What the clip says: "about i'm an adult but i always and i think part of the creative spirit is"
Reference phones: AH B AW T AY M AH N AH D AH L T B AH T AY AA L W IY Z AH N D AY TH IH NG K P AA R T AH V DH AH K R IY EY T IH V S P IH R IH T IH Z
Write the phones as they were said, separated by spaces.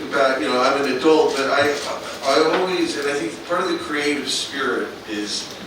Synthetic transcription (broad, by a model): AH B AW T AY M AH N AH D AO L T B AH T AY AA L W IY Z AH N AY TH IH NG K P AA R T AH V DH AH K R IY EY T IH V S P IH R IH T IH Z